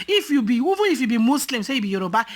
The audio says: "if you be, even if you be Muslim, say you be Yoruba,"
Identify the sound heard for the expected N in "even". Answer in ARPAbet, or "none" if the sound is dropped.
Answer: none